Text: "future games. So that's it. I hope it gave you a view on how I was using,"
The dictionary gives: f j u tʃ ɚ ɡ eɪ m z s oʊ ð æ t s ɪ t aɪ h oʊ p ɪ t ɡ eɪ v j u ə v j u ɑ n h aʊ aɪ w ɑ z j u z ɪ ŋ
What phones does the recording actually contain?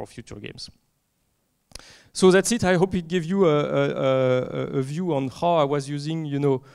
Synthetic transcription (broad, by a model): f j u tʃ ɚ ɡ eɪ m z s oʊ ð æ t s ɪ t aɪ h oʊ p ɪ t ɡ eɪ v j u ə v j u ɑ n h aʊ aɪ w ɑ z j u z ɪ ŋ